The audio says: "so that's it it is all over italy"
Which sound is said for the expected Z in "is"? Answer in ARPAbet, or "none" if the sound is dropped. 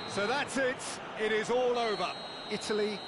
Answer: Z